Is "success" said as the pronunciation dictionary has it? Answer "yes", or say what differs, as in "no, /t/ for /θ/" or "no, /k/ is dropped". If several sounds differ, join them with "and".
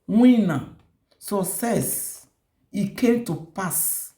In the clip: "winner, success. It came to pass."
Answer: no, /k/ is dropped